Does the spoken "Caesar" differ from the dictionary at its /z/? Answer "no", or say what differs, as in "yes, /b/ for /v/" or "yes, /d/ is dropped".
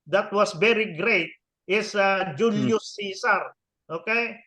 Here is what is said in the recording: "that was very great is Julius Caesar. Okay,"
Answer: yes, /s/ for /z/